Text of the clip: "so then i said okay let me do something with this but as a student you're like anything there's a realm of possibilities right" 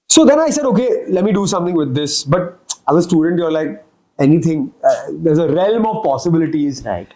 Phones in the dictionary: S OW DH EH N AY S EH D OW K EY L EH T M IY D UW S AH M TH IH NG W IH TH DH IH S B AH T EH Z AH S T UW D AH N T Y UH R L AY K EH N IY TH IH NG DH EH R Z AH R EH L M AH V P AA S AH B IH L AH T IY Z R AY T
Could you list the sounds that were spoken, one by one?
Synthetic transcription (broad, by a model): S OW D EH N AY S EH D OW K EY L EH T M IY D UW S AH M T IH NG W IH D IH S B AH T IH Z AH S T UW D AH N T Y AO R L AY K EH N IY T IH NG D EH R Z AH R EH L M AH V P AA S AH B IH L AH T IY Z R AY T